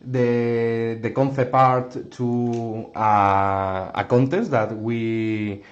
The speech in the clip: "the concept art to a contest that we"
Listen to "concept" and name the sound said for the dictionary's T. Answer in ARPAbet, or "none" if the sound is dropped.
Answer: none